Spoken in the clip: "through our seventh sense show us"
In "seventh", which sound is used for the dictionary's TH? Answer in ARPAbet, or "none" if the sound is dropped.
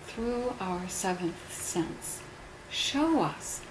TH